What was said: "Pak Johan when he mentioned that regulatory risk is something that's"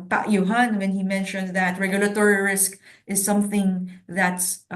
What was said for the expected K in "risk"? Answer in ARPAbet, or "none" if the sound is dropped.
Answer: K